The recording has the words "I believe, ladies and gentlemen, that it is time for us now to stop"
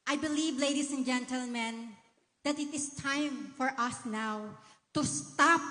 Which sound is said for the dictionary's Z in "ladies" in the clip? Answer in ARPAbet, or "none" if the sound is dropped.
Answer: S